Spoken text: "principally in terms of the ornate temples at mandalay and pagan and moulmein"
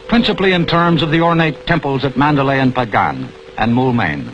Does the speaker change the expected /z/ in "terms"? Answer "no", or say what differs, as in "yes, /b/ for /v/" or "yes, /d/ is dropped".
no